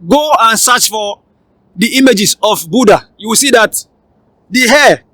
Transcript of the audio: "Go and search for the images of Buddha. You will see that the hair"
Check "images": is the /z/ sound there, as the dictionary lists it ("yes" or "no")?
no